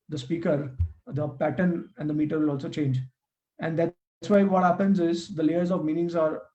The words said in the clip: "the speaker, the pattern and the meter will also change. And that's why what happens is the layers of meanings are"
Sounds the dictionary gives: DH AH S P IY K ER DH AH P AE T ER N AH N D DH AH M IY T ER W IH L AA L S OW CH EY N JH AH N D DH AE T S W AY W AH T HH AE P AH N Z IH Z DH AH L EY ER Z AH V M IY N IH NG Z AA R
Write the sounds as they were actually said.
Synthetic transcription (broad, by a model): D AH S P IY K ER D AH P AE T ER N AH N D AH M IY T ER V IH L AA L S OW CH EY N JH AH N D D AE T S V AY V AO T HH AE P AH N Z IH Z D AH L EY ER Z AH V M IY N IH NG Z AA R